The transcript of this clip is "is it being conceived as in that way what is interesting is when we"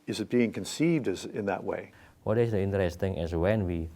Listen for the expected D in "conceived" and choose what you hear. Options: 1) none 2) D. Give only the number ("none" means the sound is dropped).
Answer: 2